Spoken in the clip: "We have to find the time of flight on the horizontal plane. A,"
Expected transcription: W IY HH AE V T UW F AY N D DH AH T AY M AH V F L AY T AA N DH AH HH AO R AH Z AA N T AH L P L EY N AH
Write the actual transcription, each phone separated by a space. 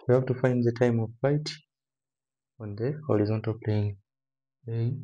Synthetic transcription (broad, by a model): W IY HH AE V T UW F AY N D DH AH T AY M AH V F AY T AA N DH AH HH AO R AH Z AA N T AH L P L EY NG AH